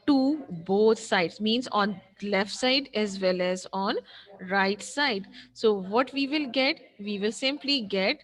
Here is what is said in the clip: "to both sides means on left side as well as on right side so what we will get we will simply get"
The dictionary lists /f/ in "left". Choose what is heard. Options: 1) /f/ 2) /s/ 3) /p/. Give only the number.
1